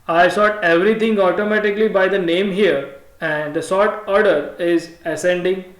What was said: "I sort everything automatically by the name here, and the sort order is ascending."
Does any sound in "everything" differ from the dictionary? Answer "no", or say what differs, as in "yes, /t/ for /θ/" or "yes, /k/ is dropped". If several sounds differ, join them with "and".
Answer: yes, /t/ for /θ/